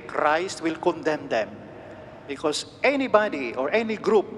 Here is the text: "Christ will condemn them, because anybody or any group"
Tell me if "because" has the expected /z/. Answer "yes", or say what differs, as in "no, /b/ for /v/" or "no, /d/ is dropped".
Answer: no, /s/ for /z/